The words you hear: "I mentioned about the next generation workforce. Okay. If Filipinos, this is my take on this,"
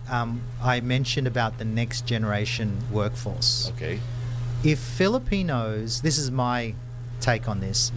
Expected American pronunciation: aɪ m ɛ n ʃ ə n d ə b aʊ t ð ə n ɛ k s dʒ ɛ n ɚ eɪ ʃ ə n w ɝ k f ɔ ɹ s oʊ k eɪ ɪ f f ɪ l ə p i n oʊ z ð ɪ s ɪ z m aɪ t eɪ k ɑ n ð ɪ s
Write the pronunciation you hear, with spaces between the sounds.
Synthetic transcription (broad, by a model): aɪ m ɛ n ʃ ə n d ə b aʊ t ð ə n ɛ k s dʒ ɛ n ɚ eɪ ʃ ə n w ɝ k f ɔ ɹ s oʊ k eɪ ɪ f f ɪ l ə p i n oʊ z ð ɪ s ɪ z m aɪ t eɪ k n ð ɪ s